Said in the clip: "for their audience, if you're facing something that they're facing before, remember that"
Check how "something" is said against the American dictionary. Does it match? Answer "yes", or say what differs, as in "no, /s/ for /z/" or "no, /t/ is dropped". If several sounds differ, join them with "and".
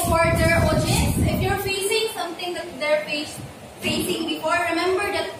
no, /t/ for /θ/